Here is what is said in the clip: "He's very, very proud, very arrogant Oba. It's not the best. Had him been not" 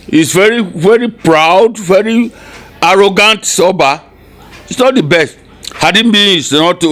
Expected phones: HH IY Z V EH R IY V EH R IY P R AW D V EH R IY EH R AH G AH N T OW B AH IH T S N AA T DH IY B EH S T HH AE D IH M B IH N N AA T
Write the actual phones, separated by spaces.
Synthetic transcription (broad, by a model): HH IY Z V EH R IY V EH R IY P R AW D V EH R IY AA R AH G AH N T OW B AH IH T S N AA T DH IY B EH S T HH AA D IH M B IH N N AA T